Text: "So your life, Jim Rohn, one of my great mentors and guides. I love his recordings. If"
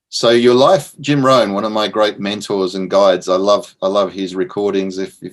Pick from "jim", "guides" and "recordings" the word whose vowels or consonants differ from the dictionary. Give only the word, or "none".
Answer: none